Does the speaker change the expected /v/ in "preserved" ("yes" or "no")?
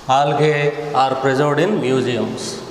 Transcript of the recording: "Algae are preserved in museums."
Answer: yes